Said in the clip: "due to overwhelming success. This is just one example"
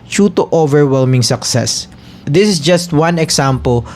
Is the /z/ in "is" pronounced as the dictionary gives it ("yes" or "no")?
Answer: no